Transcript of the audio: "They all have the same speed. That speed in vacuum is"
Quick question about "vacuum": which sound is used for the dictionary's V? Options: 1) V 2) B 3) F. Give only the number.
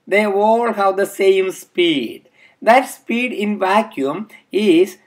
1